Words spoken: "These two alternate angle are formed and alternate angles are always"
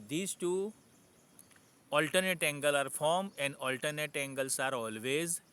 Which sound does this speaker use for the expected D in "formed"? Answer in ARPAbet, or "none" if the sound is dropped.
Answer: none